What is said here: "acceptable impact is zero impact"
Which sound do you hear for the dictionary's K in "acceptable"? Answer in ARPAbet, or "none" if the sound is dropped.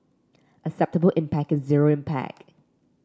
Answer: none